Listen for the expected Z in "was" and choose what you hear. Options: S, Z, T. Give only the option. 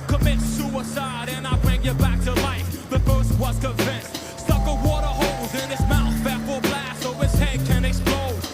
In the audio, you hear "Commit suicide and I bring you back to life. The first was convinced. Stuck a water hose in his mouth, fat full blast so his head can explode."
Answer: S